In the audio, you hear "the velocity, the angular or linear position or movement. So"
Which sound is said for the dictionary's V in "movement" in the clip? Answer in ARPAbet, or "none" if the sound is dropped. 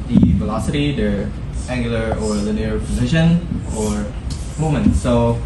none